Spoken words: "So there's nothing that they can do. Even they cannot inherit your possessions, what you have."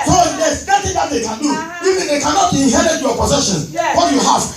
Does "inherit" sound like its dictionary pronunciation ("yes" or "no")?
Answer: no